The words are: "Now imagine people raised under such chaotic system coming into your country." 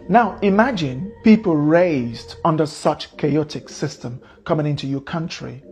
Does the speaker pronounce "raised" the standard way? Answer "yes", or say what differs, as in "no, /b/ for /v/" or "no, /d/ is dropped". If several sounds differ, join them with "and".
yes